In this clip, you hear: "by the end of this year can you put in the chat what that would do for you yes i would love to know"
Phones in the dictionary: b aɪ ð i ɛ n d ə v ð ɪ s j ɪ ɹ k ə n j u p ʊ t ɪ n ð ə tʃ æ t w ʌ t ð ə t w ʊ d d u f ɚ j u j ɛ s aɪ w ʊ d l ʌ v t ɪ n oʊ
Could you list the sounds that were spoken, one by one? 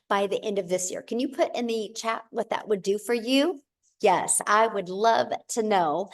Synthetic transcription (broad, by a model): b aɪ ð i ɛ n d ə v ð ɪ s j ɪ ɹ k ə n j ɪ p ʊ t ɪ n ð ə tʃ æ t w ʌ t ð ə t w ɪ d d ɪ f ɚ j u j ɛ s aɪ w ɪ d l ʌ v t ɪ n oʊ